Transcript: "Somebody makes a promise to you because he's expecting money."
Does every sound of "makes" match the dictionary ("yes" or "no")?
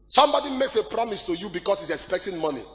yes